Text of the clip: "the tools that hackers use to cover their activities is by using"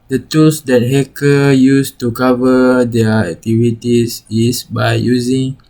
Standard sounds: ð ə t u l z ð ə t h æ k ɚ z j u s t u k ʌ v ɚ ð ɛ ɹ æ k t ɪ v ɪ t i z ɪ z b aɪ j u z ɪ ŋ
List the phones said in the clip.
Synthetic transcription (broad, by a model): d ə t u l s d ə t h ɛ k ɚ j u s t u k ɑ v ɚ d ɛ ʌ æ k t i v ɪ t i s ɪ s b aɪ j u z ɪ ŋ